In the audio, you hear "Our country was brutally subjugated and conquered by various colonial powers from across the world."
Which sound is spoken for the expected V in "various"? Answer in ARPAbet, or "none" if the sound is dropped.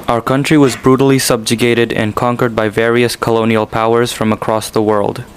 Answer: V